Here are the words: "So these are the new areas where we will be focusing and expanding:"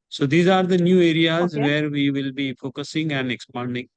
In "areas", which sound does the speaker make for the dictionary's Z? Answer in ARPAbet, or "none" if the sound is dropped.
Z